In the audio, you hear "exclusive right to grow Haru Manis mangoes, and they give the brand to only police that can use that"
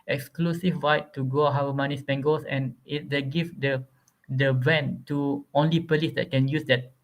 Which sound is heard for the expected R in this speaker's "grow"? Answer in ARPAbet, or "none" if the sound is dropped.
none